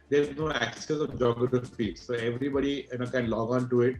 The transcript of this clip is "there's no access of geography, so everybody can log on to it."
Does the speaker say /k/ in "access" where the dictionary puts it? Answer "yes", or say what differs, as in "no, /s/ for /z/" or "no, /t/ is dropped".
yes